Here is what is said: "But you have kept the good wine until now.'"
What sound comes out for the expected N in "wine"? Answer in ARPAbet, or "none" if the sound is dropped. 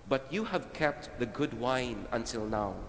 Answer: N